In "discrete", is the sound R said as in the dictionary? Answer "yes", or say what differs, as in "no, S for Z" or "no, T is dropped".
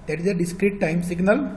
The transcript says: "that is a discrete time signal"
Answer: yes